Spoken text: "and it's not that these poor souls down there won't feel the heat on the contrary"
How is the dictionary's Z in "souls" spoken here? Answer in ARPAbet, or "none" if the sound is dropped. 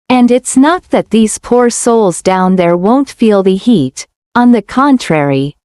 Z